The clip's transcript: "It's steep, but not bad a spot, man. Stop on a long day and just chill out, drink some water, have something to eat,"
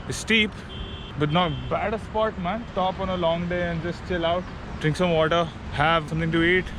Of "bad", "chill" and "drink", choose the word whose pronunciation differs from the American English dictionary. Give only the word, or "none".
none